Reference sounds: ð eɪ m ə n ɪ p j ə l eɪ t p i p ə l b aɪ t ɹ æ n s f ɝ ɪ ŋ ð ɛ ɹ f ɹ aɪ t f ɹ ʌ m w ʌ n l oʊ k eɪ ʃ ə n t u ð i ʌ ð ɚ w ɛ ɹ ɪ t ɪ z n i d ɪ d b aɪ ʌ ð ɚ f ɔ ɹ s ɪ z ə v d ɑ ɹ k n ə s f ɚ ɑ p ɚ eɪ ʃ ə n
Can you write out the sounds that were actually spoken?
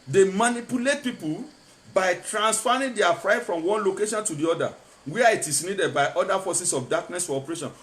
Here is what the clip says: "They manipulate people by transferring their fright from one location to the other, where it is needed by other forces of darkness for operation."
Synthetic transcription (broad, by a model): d eɪ m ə n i p j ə l eɪ t p i p ə l b aɪ t ɹ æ n s f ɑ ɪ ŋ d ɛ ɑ f ɹ aɪ t f ɹ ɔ m w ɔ n l oʊ k eɪ ʃ ə n t u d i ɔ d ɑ w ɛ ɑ ɪ t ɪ s n i d ɪ d b aɪ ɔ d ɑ f ɔ s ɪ s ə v d ɑ k n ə s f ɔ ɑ p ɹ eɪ ʃ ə n